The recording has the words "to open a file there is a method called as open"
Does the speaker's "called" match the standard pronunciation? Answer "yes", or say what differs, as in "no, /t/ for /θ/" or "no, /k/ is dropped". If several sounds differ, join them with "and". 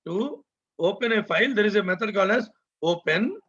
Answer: no, /d/ is dropped